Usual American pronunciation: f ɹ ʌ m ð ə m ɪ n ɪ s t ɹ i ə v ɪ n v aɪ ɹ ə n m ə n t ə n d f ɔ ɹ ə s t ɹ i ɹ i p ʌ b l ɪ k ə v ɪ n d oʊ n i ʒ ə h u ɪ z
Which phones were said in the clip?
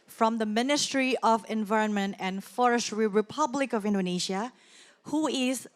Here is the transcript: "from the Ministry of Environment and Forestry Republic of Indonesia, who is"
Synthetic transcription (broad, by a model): f ɹ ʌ m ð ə m ɪ n ɪ s t ɹ i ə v ɪ n v aɪ ɹ ə n m ə n t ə n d f ɔ ɹ ə s t ɹ i ɹ i p ʌ b l ɪ k ə v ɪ n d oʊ n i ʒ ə h u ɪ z